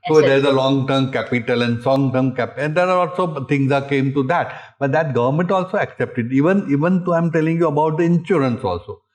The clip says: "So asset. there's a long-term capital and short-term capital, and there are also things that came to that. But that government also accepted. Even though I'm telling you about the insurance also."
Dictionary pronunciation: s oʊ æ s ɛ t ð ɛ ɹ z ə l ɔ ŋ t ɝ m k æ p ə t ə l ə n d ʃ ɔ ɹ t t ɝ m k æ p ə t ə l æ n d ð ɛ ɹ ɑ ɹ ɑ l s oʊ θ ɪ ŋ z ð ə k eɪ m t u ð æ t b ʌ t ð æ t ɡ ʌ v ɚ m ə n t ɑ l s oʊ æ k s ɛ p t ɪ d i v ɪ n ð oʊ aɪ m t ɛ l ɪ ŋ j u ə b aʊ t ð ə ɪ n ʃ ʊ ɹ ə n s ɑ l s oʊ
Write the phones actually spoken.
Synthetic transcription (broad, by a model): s oʊ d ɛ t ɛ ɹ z ə l ɔ ŋ t ɝ m k æ p ə t ə l ə n d s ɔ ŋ t ɝ m k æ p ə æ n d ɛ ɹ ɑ l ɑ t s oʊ t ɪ ŋ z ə k eɪ m t u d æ t b ʌ t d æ t ɡ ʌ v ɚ m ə n t ɑ l s oʊ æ k s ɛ p t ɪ d i v ɪ n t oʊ aɪ m t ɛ l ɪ ŋ j u ə b aʊ t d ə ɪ n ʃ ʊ ɹ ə n s ɑ l s oʊ